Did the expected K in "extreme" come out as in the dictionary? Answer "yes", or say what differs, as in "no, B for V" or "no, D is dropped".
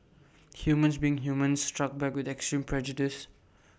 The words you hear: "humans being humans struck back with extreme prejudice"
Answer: yes